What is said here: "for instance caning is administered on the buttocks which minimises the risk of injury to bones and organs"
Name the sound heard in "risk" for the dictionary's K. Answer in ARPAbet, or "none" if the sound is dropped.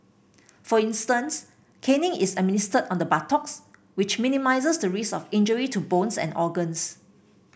none